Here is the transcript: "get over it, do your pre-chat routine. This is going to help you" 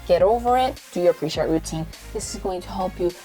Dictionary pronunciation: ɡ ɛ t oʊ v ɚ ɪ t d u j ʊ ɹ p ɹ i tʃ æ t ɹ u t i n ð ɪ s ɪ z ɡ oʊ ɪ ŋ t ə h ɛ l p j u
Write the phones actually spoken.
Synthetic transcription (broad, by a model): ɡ ɛ t oʊ v ɚ ɪ t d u j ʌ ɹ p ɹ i ʃ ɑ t ɹ u t i n ð ɪ s ɪ z ɡ oʊ ɪ ŋ t ə h ɛ l p j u